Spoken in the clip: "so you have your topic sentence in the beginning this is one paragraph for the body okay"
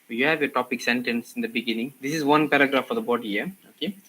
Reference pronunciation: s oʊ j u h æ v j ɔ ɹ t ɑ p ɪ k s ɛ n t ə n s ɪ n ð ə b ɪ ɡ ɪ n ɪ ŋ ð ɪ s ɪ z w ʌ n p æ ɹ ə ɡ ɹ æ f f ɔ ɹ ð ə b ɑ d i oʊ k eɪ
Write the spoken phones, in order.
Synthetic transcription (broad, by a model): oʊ j u h æ v j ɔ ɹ t ɑ p ɪ k s ɛ n t ə n s ɪ n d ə b ɪ ɡ ɪ n ɪ ŋ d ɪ s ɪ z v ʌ n p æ ɹ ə ɡ ɹ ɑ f f ɔ ɹ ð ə b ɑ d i oʊ k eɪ